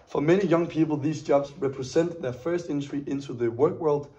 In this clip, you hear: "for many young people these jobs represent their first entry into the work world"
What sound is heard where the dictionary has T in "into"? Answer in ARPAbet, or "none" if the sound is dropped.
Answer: T